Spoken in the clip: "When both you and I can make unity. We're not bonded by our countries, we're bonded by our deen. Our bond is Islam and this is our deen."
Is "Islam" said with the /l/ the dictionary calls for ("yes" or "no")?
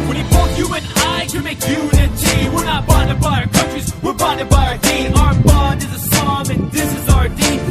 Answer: no